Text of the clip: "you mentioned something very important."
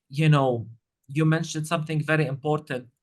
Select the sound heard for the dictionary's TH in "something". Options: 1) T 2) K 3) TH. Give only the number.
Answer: 3